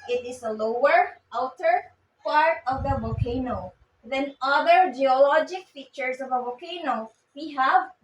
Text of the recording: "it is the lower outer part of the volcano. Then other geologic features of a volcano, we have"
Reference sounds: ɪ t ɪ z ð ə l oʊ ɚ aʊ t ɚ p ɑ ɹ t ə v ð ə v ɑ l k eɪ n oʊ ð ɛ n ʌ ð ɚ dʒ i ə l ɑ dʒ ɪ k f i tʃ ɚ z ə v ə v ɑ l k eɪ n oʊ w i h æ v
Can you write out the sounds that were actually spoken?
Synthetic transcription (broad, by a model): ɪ t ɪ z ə l oʊ ɚ aʊ t ɚ p ɑ ɹ t ə v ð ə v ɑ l k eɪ n oʊ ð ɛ n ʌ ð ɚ dʒ i ə l ɑ dʒ ɪ k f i tʃ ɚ s ə v ə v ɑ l k eɪ n oʊ w i h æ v